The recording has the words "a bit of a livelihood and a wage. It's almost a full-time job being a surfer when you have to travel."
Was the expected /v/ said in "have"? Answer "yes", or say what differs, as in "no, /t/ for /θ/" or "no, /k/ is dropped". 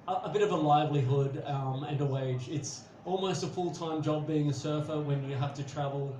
no, /f/ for /v/